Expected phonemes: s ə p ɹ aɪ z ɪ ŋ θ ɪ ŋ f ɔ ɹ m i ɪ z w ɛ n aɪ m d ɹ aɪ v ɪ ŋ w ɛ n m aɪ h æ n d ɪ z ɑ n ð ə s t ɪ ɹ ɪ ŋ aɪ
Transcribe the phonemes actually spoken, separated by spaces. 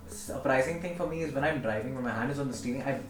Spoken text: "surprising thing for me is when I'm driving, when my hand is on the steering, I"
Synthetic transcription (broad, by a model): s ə p ɹ aɪ z ɪ ŋ t ɪ ŋ f ɔ ɹ m i ɪ z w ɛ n aɪ m d ɹ aɪ v ɪ ŋ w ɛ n m aɪ h æ n d ɪ z ɑ n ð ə s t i l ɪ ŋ aɪ